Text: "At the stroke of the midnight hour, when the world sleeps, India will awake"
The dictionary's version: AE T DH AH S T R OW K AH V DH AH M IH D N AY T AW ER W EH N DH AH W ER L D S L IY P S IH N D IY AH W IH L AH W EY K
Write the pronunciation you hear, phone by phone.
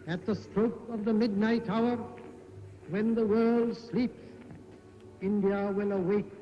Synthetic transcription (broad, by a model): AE T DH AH S T R OW K AH V DH AH M IH D N AY T AW ER W EH N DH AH W ER L D S L IY P S IH N D IY AH W IH L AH W EY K